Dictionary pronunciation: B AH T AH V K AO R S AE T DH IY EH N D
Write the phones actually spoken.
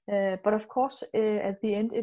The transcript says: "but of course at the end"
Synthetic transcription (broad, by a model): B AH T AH F K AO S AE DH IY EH N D